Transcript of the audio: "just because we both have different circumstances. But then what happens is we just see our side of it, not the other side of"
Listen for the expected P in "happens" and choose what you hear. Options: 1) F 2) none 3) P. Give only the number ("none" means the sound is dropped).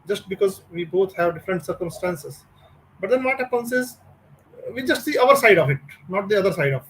2